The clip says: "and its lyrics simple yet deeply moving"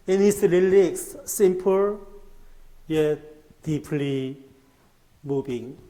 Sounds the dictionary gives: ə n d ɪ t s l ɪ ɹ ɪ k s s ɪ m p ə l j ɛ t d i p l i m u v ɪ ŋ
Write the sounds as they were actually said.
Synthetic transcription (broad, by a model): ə n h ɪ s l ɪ l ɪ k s s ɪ m p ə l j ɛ d i p l i m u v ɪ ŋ